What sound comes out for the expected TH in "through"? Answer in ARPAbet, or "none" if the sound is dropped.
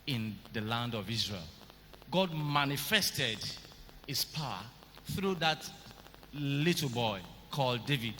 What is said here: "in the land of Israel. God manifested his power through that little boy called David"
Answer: TH